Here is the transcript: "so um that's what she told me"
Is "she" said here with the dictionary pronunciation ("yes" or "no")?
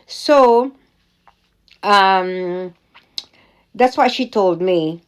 yes